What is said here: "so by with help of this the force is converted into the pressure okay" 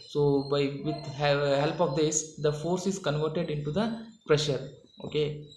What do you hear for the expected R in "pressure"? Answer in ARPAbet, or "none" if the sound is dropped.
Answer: R